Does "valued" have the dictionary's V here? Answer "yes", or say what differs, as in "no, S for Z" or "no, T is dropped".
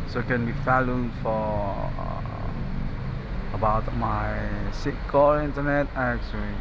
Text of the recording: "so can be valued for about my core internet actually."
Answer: no, F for V